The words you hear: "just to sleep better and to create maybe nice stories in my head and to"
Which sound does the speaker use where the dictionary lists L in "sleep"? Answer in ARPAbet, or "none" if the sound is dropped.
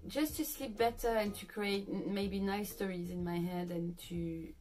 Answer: L